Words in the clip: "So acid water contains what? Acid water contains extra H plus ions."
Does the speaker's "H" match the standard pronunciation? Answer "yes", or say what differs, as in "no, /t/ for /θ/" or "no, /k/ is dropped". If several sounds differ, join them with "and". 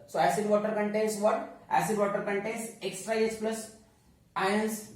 no, /s/ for /tʃ/